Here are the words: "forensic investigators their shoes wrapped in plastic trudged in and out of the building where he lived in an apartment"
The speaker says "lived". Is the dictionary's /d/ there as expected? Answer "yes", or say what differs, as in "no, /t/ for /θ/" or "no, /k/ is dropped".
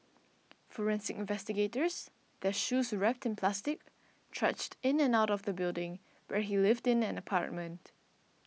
yes